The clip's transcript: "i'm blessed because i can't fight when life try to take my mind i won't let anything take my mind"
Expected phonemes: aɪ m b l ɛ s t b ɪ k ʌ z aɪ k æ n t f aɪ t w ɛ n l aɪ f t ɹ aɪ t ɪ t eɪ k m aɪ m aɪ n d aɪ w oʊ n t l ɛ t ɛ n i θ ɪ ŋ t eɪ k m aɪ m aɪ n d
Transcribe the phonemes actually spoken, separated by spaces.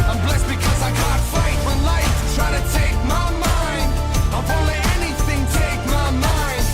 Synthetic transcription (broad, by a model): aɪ m b l ɛ s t b ɪ k ʌ z aɪ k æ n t f aɪ t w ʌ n l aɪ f t ɹ aɪ t ɪ t eɪ k m aɪ m aɪ n d aɪ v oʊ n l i ɛ n i θ ɪ ŋ t eɪ k m aɪ m aɪ n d